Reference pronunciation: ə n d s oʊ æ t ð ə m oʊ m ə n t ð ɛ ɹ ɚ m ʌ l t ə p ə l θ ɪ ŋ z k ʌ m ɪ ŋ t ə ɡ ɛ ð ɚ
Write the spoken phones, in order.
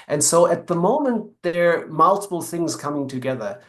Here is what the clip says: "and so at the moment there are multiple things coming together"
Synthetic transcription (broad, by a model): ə n s oʊ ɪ t ð ə m oʊ m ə n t ð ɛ ɹ m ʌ l t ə p l θ ɪ ŋ z k ʌ m ɪ ŋ t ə ɡ ɛ ð ɚ